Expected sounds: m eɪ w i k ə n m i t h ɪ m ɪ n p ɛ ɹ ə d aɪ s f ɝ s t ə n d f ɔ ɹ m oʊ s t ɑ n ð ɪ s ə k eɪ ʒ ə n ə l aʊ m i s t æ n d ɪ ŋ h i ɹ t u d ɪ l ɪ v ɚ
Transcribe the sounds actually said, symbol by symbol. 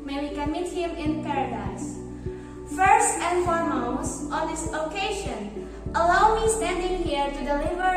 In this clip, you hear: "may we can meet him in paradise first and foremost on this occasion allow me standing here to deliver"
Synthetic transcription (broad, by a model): m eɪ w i k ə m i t h ɪ m ɪ n p ɛ ɹ ə d aɪ s f ɝ s t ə n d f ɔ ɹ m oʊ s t ɑ n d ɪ s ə k eɪ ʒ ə n ə l aʊ m i s t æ n d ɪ ŋ h i ɹ t u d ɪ l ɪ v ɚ